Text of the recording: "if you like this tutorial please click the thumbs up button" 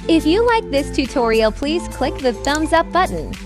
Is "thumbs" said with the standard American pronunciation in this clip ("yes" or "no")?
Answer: yes